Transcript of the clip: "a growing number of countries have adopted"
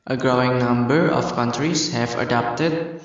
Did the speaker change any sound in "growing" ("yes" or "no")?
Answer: no